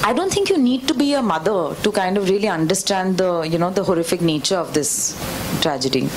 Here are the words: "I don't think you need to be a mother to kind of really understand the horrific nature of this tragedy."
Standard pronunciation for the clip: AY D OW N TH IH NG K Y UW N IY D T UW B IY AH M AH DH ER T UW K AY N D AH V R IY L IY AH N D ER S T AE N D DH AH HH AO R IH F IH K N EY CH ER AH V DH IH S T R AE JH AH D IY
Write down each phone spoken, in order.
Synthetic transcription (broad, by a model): AY D OW N T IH NG K Y UW N IY D T UW B IY AH M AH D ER T UW K AY N D AH V R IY L IY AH N D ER S T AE N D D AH HH AO R IH F IH K N EY CH ER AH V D IH S T R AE JH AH D IY